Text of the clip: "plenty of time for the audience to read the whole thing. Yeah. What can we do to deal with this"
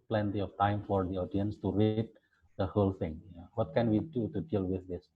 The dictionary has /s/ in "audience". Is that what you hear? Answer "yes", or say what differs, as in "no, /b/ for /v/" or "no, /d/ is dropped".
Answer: yes